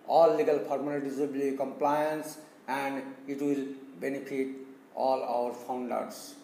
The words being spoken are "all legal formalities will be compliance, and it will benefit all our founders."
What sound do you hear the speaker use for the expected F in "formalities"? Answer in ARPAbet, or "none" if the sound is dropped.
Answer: P